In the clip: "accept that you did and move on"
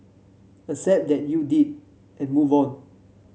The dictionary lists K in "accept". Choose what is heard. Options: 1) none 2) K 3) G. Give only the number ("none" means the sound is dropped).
1